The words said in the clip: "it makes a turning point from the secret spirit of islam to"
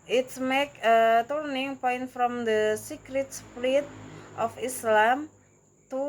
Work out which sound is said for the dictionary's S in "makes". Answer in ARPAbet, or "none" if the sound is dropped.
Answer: none